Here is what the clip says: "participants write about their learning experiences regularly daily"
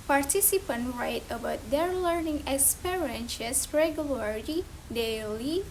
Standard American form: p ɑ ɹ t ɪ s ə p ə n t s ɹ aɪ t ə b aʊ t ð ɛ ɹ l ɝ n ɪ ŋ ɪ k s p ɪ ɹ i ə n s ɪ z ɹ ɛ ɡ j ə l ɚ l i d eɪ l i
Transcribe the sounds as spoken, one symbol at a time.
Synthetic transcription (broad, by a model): p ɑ ɹ t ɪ s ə p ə n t ɹ aɪ t ə b aʊ t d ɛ ɹ l ɝ n ɪ ŋ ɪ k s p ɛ ɹ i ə n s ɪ s ɹ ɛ ɡ j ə l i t i d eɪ l i